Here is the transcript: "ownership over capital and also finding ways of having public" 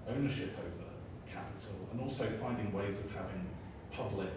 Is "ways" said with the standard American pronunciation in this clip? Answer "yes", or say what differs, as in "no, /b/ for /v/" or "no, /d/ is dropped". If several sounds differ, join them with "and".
yes